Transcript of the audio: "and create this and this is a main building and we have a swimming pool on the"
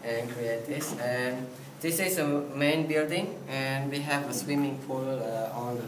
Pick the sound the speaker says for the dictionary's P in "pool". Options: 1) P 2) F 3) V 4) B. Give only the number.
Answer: 2